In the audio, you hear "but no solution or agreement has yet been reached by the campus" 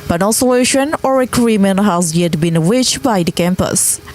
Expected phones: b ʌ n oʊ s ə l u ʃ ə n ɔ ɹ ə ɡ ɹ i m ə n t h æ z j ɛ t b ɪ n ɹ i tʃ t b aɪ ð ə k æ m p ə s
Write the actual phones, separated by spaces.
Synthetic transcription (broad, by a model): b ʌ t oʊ s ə u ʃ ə n ɔ ɹ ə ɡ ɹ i m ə n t h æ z j ɛ t b ɪ n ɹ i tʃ b aɪ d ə k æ m p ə s